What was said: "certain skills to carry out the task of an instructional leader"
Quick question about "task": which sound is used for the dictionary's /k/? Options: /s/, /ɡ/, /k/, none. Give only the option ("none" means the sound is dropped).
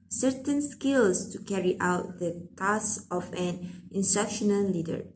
none